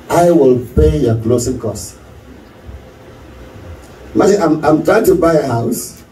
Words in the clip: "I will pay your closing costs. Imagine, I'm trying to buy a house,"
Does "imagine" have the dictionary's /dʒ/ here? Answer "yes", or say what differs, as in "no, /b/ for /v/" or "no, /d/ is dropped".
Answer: no, /dʒ/ is dropped